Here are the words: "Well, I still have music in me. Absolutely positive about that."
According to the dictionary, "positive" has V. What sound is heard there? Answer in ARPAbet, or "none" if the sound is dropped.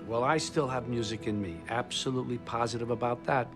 V